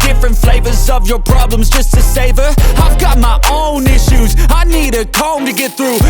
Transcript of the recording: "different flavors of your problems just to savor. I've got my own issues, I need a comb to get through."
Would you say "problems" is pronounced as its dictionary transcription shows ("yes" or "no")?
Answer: yes